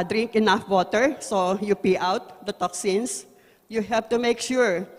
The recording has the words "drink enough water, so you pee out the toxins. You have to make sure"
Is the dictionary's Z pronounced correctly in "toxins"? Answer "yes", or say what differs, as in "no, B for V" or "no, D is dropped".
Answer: no, S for Z